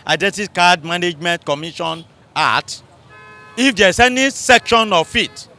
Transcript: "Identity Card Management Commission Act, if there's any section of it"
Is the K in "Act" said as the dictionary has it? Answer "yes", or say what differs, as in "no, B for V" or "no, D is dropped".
no, K is dropped